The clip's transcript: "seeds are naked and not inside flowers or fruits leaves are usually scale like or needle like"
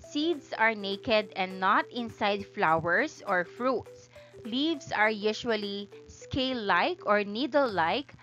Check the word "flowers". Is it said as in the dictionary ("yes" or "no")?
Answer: no